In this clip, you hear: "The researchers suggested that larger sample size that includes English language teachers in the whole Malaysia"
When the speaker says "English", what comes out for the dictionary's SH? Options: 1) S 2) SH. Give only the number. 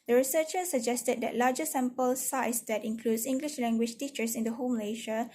2